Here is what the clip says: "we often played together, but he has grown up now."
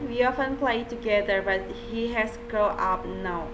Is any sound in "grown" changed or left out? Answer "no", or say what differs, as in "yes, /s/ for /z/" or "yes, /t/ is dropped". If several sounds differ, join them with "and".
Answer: yes, /ɹ/ is dropped and /n/ is dropped